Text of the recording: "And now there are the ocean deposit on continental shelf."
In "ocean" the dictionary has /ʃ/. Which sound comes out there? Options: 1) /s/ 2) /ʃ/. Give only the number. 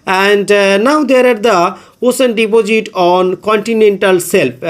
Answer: 1